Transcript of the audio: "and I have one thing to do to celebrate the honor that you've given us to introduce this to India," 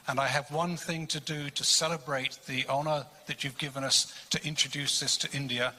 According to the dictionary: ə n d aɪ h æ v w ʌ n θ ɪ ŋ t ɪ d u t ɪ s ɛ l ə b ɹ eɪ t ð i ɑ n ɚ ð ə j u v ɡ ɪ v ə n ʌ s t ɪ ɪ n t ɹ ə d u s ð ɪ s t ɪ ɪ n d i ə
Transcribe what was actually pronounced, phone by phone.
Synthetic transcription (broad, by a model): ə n aɪ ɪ v w ʌ n θ ɪ ŋ t ɪ d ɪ t ɪ s ɛ l ə b ɹ eɪ t ð i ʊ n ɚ ð ə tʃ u v ɡ ɪ v ə n ʌ s t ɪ ɪ n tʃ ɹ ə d u s ð ɪ s t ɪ ɪ n d i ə